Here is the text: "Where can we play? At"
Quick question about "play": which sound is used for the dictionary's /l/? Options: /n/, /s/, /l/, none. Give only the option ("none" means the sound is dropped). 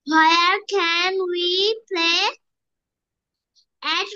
/l/